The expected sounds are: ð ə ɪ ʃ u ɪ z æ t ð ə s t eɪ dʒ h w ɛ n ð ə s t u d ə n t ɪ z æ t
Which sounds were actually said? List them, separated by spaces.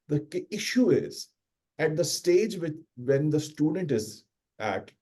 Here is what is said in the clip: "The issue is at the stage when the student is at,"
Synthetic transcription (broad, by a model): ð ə ɪ ʃ u ɪ z æ t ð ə s t eɪ dʒ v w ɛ n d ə s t u d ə n t ɪ z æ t